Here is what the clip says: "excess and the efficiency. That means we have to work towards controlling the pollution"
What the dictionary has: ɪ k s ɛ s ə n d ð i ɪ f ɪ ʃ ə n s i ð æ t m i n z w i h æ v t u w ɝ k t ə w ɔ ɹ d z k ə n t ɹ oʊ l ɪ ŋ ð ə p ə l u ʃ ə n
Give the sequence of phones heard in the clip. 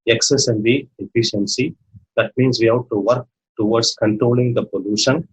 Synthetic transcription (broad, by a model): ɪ k s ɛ s ə n d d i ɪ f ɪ ʃ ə n s i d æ t m i n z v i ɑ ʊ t t u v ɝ k t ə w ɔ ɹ d s k ə n t ɹ oʊ l ɪ ŋ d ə p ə l u ʃ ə n